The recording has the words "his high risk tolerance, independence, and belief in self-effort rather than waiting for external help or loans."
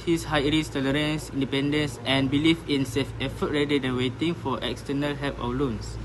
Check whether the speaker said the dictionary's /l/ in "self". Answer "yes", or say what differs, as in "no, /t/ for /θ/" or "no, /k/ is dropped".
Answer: no, /l/ is dropped